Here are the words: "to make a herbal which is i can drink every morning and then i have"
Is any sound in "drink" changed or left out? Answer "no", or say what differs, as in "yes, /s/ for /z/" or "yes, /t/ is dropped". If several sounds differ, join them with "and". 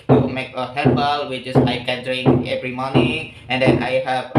yes, /k/ is dropped